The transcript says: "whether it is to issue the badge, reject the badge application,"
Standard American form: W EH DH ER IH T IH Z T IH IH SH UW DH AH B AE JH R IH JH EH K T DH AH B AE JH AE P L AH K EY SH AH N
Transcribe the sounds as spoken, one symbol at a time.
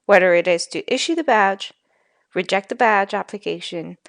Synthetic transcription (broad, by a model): W EH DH ER IH T IH Z T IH IH SH UW DH AH B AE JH R IH JH EH K T DH AH B AE JH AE P L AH K EY SH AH N